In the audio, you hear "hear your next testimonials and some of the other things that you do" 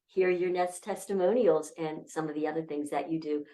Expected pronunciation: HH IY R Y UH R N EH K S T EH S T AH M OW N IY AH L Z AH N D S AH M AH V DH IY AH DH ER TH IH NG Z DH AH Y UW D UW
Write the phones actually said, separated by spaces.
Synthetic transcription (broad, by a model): HH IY R Y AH R N EH S T EH S T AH M OW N IY L Z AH N S AH M AH V DH IY AH DH ER TH IH NG Z DH AH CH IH D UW